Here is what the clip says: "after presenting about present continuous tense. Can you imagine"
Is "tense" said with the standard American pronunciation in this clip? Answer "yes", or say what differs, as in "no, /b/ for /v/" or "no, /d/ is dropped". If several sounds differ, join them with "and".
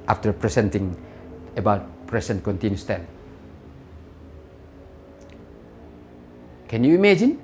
no, /s/ is dropped